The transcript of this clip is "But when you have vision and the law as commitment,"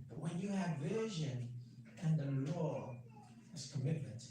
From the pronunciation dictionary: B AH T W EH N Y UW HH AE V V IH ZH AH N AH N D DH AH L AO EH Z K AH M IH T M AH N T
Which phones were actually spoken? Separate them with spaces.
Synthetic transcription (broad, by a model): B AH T W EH N Y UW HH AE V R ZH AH N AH N DH AH L AO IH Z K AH M IH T M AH N T